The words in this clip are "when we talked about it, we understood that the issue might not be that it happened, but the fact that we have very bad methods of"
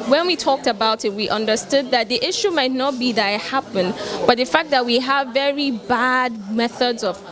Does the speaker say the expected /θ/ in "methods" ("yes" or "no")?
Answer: yes